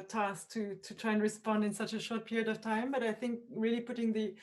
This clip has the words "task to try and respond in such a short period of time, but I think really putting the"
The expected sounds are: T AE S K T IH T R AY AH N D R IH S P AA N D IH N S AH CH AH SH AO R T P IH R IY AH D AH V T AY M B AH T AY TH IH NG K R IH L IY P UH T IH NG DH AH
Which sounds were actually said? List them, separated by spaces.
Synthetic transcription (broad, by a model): T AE S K T IH T R AY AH N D R IH S P AA N D IH N S AH CH AH SH AO R T P IH R IY AH D AH V T AY M B AH T AY TH IH NG K R IH L IY P UH T IH NG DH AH